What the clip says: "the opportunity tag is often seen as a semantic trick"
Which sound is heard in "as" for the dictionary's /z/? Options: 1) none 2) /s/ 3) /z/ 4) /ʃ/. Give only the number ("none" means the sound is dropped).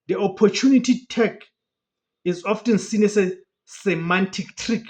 2